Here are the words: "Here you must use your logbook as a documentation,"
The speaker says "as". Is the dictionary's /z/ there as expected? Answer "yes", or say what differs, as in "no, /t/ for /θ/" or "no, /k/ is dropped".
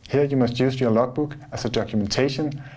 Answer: no, /s/ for /z/